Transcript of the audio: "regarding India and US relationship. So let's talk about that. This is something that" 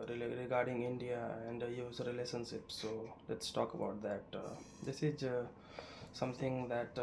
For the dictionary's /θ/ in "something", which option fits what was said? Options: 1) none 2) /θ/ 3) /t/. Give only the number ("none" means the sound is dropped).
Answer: 3